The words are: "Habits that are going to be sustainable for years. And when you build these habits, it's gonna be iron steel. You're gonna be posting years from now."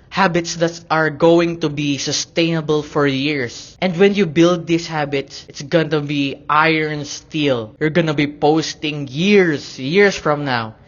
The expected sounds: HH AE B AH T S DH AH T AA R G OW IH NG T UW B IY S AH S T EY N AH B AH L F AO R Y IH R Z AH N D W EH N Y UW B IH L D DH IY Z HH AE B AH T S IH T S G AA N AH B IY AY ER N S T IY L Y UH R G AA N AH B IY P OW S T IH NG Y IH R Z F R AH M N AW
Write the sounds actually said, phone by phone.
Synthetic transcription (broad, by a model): HH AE B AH T S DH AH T AA R G OW IH NG T UW B IY S AH S T EY N AH B AH L F AO R Y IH R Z AH N D W EH N Y UW B IH L D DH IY S HH AE B AH T S IH T S G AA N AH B IY AY ER N S T IY L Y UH R G AA N AH B IY P OW S T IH NG Y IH R S F R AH M N AW